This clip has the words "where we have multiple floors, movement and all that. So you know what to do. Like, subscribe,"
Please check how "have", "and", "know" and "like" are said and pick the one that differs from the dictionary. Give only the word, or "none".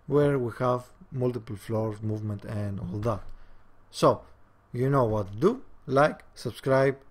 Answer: none